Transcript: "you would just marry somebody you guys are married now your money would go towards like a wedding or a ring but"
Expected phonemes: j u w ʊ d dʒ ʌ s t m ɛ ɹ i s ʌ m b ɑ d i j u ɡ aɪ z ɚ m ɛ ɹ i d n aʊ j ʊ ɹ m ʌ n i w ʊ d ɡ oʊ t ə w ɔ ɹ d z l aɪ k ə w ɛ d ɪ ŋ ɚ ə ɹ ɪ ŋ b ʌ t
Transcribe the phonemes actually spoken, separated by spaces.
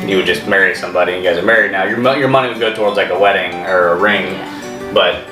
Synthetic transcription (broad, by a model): j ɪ w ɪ d dʒ ʌ s t m ɛ ɹ i s ʌ m b ɑ d i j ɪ ɡ aɪ z ɚ m ɛ ɹ i d n aʊ j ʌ ɹ m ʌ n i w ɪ ɡ oʊ t ə w ɔ ɹ d z l aɪ k ə w ɛ d ɪ ŋ ɚ ə ɹ ɪ ŋ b ʌ t